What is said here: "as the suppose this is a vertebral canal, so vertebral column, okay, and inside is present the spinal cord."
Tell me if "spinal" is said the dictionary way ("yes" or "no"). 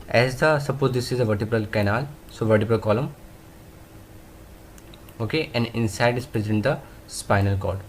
yes